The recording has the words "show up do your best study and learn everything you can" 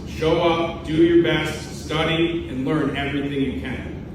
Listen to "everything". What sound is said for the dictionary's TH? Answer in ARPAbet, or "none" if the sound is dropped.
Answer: TH